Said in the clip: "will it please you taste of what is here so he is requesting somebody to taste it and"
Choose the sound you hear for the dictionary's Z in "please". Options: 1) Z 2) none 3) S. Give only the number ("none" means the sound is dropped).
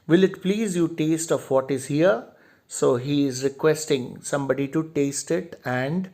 1